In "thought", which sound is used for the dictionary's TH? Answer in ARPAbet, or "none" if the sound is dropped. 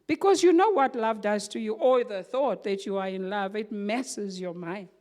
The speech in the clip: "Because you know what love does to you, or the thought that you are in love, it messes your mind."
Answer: TH